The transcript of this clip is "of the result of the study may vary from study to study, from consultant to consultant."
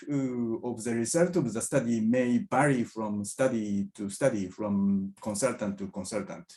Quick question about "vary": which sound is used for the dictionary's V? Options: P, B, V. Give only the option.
B